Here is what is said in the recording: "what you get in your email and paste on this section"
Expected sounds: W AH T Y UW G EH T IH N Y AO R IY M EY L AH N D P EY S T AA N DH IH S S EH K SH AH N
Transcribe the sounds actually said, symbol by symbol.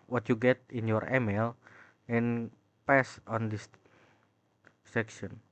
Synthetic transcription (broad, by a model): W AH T Y UW G EH T IH N Y AO R IY M EY L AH N P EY S AA N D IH S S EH K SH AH N